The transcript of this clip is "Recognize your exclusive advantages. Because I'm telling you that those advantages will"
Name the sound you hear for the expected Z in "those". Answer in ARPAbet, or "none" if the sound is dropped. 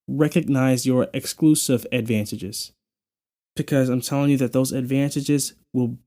Z